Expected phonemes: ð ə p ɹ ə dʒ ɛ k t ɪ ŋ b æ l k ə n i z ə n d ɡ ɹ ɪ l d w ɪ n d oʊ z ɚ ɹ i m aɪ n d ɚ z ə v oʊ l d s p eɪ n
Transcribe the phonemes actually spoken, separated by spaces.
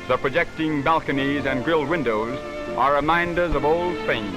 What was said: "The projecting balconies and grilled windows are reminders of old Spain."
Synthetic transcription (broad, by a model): ð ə p ɹ ə dʒ ɛ k t ɪ ŋ b æ l k ə n i z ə n ɡ ɹ ɪ l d w ɪ n d oʊ z ɚ ɹ i m aɪ n d ɚ z ə v oʊ l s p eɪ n